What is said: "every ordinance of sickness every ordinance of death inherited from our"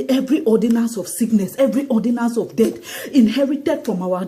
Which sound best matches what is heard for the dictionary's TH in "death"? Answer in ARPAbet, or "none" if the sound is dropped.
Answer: T